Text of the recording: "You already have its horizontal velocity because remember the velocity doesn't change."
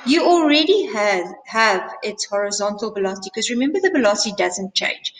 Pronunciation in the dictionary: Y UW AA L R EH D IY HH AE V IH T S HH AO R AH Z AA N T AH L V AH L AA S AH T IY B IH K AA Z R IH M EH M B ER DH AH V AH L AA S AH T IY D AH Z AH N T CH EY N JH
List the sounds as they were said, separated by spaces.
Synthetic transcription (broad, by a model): Y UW AA L R EH D IY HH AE V IH T S HH AO R AH Z AA N T AH L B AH L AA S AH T IY K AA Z R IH M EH M B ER DH AH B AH L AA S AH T IY D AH Z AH N T CH EY N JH